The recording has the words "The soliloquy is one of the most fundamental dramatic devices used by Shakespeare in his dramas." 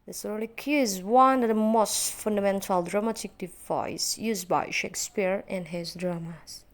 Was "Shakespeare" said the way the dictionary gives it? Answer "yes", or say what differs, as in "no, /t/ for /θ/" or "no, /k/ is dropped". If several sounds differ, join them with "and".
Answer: yes